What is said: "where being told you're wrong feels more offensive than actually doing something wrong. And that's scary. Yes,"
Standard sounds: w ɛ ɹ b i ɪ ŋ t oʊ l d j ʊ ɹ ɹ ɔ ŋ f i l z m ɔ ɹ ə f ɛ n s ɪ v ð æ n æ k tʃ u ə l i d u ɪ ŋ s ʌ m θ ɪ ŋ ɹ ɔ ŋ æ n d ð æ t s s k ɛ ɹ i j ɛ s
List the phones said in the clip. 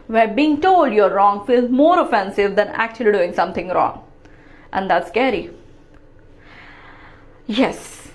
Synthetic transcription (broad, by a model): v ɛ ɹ b i ɪ ŋ t oʊ l d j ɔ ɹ ɹ ɔ ŋ f i l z m ɔ ɹ ə f ɛ n s ɪ v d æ n æ k tʃ u ə l i d u ɪ ŋ s ʌ m t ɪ ŋ ɹ ɔ ŋ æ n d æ t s s k ɛ ɹ i j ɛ s